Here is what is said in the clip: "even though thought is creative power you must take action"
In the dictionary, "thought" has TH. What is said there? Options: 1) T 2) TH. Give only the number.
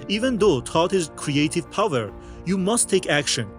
1